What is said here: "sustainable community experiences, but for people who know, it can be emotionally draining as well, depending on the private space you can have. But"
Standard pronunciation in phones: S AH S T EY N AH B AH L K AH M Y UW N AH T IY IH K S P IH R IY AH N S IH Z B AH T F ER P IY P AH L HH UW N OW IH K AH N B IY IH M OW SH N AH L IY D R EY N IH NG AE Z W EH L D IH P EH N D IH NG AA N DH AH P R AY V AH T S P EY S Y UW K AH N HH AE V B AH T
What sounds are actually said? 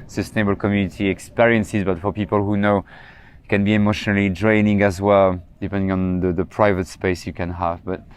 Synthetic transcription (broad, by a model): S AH S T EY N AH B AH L K AH M Y UW N AH T IY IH K S P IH R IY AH N S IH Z B AH T F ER P IY P AH L HH UW N OW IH K AH N B IY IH M OW SH N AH L IY D R EY N IH NG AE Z W EH L D IH P EH N D IH NG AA N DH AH P R AY V AH T S P EY S Y UW K AH N HH AE V B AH T